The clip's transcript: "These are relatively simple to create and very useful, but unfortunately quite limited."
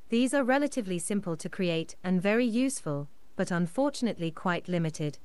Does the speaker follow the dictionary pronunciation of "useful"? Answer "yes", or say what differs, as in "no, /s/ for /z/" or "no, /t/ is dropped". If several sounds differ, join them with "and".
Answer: yes